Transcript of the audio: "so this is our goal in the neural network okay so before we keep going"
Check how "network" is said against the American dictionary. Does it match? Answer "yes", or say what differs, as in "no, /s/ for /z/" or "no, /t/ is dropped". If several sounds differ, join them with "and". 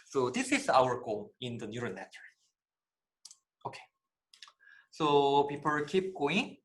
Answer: no, /k/ is dropped